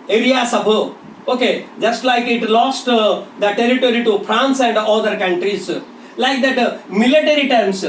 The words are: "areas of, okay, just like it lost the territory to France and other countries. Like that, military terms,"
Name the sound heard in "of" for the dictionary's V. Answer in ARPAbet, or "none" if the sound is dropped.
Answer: B